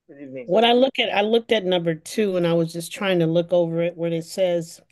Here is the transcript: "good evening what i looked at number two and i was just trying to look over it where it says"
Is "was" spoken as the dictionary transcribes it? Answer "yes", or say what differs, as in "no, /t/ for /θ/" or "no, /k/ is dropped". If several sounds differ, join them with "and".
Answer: yes